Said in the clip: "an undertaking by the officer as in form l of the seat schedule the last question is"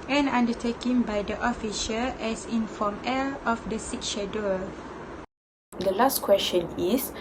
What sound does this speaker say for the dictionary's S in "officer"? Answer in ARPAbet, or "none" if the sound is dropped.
SH